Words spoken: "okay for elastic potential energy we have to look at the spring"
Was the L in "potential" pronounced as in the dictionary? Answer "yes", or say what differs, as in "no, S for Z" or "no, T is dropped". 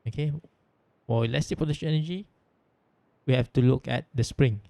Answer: no, N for L